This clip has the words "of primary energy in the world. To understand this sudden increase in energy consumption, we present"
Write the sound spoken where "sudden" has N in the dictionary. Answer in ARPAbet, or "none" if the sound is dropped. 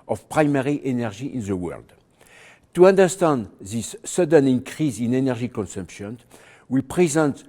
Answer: N